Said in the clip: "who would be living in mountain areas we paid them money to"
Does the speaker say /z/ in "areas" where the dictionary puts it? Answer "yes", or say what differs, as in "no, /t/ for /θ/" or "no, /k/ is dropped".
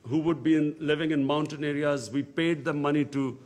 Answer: yes